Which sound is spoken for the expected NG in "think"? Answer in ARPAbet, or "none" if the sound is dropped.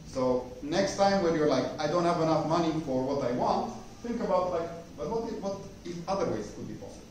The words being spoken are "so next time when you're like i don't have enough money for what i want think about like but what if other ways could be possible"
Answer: NG